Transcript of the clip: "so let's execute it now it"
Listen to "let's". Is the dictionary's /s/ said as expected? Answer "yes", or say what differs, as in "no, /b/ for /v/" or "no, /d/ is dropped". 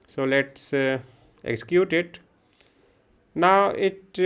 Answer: yes